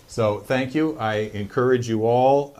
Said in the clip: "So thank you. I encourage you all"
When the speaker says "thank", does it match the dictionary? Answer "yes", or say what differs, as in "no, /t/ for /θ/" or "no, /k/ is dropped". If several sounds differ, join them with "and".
yes